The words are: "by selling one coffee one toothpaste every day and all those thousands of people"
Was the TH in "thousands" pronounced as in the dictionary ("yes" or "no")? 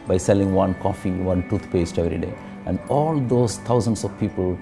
no